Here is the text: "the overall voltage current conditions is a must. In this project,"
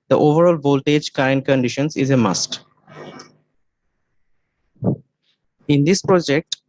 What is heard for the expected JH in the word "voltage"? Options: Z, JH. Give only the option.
JH